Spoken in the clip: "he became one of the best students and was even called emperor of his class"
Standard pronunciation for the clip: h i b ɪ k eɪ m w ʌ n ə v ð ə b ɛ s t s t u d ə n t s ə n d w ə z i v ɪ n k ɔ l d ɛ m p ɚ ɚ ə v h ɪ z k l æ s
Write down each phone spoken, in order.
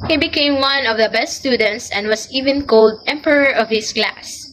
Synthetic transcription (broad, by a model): h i b ɪ k eɪ m w ʌ n ə v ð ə b ɛ s t s t u d ə n t s ə n d w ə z i v ɪ n k ɔ l d ɛ m p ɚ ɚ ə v h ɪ s k l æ s